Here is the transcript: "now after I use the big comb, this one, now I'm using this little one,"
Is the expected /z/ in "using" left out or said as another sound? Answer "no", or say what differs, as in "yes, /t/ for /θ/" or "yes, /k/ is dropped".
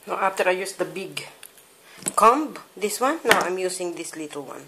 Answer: yes, /s/ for /z/